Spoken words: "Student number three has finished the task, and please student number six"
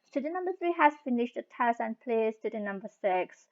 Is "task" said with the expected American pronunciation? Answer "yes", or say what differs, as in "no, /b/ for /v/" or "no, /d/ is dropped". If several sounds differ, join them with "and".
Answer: no, /k/ is dropped